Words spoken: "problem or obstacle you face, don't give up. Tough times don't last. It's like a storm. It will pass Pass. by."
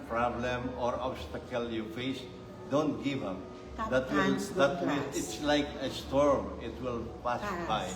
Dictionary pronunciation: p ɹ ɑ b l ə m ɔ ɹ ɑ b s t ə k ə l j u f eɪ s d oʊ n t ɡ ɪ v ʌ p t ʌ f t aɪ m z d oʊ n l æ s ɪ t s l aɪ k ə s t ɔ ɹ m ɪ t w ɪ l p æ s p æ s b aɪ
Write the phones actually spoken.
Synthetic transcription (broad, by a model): p ɹ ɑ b l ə m ɔ ɹ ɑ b s t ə k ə l j u f eɪ s d oʊ n t ɡ ɪ v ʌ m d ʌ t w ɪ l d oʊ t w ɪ ɪ t s l aɪ k ə s t ɔ ɹ m ɪ t w ɪ l p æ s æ s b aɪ